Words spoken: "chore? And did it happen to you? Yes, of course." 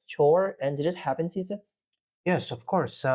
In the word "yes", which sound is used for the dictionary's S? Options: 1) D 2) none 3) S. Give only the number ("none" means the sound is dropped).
3